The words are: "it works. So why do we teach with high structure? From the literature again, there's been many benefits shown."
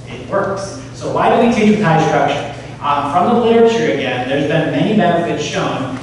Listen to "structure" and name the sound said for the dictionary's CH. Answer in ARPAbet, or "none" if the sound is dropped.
SH